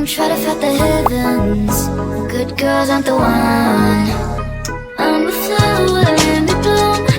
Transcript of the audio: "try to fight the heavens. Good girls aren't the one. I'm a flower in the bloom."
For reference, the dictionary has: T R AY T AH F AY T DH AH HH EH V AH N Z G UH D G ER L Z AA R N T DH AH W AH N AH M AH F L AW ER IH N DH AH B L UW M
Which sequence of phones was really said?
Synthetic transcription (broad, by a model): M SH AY T AH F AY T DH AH HH EH V AH N Z G UH D G ER L Z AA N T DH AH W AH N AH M AH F AW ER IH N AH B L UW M